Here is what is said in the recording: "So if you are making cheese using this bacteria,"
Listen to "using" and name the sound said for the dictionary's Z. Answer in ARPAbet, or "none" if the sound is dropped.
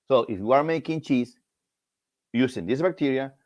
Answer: S